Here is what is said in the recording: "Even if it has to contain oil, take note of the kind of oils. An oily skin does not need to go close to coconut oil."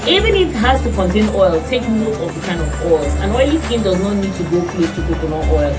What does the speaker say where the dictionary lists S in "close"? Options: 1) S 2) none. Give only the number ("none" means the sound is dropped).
2